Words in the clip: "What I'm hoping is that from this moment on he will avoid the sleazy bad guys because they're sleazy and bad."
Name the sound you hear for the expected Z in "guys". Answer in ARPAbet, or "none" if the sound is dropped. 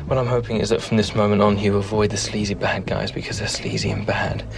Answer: Z